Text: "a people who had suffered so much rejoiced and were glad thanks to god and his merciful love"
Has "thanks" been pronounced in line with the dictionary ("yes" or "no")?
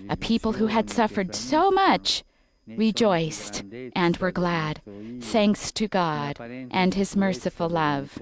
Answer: yes